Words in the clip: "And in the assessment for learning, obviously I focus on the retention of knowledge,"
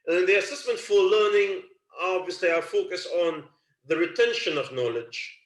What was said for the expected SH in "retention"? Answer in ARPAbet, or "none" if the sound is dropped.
SH